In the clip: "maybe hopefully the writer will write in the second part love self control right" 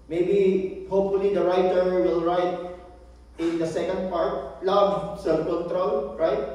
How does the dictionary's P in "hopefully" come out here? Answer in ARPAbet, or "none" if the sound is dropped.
P